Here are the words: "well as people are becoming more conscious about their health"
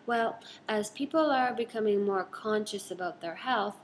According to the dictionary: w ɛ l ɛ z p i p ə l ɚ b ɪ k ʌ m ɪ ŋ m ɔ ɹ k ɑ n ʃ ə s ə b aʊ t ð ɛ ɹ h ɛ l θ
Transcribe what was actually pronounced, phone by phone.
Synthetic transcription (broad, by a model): w ɛ l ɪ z p i p l ɚ b ɪ k ʌ m ɪ ŋ m ɔ ɹ k ɑ n ʃ ə s ə b aʊ t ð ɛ ɹ h ɛ l θ